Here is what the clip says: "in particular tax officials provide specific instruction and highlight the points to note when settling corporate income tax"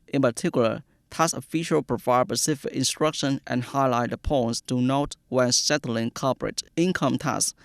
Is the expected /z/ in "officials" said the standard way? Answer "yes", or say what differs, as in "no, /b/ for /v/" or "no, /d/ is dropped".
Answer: no, /z/ is dropped